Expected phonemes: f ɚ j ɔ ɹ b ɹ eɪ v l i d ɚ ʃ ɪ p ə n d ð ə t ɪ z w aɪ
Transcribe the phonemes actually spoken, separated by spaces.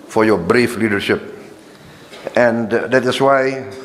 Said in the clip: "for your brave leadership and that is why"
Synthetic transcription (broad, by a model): f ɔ j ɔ b ɹ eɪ f l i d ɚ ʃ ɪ p ə n d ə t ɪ s w aɪ